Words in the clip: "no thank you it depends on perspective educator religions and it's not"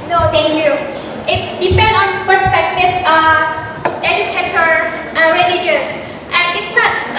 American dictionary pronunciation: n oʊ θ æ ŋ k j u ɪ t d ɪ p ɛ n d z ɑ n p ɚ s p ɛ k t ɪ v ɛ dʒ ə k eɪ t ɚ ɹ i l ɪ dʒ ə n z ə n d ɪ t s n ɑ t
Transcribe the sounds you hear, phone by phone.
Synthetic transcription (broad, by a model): n oʊ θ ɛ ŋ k j u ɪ t d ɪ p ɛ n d ɑ n p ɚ s p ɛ k t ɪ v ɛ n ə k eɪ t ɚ ɹ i l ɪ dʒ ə n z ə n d ɪ t s n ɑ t